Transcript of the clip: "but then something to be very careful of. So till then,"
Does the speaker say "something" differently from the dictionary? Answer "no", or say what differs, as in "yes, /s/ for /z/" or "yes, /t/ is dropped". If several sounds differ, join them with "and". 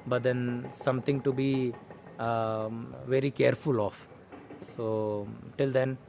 yes, /t/ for /θ/